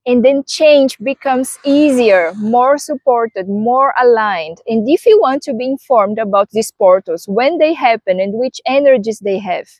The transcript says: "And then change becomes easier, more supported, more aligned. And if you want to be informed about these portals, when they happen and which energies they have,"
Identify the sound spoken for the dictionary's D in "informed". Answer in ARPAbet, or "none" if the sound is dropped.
D